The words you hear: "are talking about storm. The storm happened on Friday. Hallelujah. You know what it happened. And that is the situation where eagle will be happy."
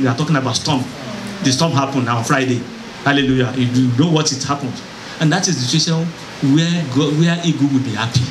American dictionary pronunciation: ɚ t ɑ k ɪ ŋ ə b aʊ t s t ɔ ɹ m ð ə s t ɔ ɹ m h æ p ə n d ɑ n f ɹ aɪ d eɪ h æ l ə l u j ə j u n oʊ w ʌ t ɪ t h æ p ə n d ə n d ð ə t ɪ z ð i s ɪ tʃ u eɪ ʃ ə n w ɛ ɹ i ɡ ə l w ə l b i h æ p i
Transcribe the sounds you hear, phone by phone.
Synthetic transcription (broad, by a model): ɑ t ɑ k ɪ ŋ ə b aʊ t s t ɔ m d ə s t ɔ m h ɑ p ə n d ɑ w f ɹ aɪ d eɪ h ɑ l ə l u j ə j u n oʊ w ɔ t ɪ t h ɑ p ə n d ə n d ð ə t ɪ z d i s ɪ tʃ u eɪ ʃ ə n w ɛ w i ɡ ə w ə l b i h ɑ p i